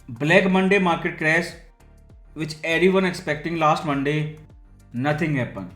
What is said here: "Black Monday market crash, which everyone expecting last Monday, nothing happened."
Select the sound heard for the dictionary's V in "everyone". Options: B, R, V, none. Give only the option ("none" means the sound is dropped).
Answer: none